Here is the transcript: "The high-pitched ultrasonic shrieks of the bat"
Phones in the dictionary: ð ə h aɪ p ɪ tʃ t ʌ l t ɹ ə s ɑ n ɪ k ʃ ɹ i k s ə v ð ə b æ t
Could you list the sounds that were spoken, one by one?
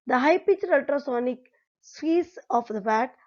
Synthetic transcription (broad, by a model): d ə h aɪ p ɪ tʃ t ʌ l t ɹ ə s ɑ n ɪ k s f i s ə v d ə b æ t